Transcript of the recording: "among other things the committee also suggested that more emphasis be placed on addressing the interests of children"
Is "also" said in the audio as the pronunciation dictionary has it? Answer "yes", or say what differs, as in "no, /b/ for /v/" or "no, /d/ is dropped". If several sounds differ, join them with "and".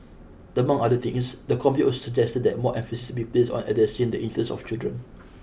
no, /l/ is dropped